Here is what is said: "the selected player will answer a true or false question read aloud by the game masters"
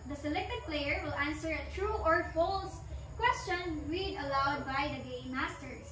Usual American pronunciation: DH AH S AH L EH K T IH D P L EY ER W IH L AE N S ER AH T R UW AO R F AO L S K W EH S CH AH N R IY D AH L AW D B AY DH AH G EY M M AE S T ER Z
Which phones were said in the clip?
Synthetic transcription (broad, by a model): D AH S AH L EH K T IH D P L EY ER W IH L AE N S ER AH T R UW AO R F AO L S K W EH S CH AH N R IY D AH L AW D B AY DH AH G EY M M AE S T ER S